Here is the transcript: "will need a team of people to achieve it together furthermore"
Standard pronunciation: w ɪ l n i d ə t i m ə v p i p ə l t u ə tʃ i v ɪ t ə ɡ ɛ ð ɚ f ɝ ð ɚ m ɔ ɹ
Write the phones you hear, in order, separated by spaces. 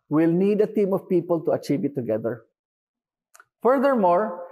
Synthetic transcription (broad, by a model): w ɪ l n i d ə t i m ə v p i p ə l t u ə tʃ i v ɪ t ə ɡ ɛ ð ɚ f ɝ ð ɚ m ɔ ɹ